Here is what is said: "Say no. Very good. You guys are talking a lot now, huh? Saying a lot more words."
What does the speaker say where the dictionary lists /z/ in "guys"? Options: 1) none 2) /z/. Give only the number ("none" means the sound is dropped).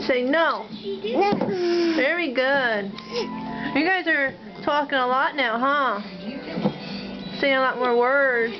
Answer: 2